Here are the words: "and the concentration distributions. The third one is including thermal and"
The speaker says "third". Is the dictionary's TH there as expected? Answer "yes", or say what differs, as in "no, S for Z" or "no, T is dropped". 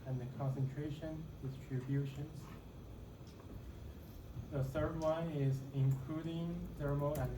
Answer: yes